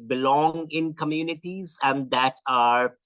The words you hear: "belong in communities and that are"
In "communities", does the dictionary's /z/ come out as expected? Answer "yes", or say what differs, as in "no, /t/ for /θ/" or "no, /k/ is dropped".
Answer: yes